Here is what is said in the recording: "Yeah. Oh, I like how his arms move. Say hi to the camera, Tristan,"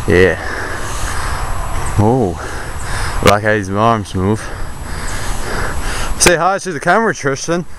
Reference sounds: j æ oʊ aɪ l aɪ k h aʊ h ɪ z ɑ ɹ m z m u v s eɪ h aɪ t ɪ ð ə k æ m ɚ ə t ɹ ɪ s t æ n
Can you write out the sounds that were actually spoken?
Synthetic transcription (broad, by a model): j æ oʊ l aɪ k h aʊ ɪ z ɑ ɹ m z m u v s eɪ h aɪ s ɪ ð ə k æ m ɚ ə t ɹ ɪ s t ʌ n